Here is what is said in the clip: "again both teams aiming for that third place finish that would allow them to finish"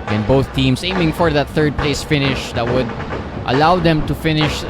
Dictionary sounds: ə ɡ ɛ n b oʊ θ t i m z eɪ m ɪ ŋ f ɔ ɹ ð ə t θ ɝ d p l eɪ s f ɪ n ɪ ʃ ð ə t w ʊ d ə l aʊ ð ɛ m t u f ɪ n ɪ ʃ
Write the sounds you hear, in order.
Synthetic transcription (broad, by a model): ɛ n b oʊ θ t i m s eɪ m ɪ ŋ f ɔ ɹ ð ə t θ ɝ d p l eɪ s f ɪ n ɪ ʃ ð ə t w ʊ d ə l aʊ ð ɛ m t u f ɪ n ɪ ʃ